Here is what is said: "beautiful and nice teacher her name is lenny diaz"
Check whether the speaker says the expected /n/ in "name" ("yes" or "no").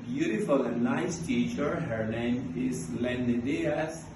no